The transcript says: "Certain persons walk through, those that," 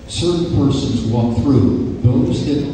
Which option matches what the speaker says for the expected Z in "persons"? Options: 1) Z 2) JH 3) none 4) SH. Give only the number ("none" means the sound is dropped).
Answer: 1